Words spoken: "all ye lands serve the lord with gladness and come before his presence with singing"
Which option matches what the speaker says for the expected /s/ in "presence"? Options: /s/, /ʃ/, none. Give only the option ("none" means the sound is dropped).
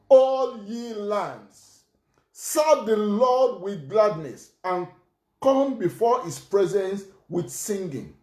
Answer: /s/